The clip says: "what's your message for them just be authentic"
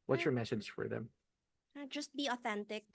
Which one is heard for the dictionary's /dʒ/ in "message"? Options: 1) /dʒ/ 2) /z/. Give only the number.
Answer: 2